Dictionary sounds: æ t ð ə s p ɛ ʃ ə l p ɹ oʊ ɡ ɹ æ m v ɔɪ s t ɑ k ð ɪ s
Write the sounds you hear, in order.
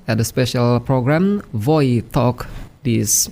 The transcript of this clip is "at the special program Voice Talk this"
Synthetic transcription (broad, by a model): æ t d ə s p ɛ ʃ ə l p ɹ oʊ ɡ ɹ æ m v ɔɪ t ɑ k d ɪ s